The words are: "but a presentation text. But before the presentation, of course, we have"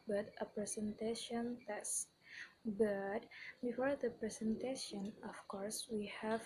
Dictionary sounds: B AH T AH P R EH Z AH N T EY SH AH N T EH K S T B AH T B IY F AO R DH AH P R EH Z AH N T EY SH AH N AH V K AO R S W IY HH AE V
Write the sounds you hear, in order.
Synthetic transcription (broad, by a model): B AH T AH P R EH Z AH N T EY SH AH N T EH S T B AH T B IY F AO R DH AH P R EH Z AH N T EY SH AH N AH F K AO R S W IY HH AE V